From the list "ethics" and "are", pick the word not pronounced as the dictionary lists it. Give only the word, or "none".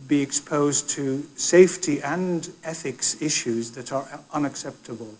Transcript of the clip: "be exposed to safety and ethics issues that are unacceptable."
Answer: none